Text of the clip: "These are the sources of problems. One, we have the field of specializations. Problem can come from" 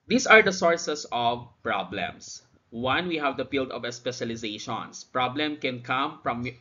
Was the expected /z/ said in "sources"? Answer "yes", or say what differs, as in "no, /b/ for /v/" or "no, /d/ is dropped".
no, /s/ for /z/